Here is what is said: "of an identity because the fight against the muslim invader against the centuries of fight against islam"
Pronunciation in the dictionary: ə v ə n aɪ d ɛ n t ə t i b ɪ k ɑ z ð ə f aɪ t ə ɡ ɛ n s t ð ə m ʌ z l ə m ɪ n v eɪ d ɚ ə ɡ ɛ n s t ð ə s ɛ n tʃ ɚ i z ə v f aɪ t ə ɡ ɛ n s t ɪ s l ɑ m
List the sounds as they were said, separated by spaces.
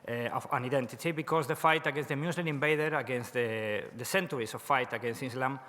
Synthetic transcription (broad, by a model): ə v ə n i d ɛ n t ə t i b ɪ k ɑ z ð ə f aɪ t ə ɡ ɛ n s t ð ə m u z l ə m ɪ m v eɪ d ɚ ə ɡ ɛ n s t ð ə s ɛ n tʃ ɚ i s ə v f aɪ t ə ɡ ɛ n s t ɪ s l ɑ m